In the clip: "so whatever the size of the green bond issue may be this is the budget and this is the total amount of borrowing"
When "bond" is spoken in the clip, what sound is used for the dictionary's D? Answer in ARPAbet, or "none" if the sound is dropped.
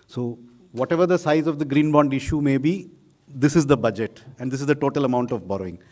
D